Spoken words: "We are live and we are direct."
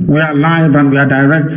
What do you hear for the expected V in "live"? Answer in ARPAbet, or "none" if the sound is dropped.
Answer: V